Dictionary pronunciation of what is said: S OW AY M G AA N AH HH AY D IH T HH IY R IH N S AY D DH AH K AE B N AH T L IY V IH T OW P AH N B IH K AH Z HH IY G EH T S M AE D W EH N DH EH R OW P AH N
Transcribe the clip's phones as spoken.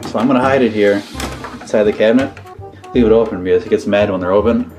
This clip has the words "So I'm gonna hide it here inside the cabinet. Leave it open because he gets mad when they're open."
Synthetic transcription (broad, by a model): S OW AY M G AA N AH HH AY D IH T HH IY R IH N S AY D DH AH K AE B N AH T L IY V IH T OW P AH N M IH AH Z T G EH T S M AE D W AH N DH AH R OW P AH N